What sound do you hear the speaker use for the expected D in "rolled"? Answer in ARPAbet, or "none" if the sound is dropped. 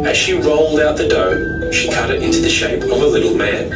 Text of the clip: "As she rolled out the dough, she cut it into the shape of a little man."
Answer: D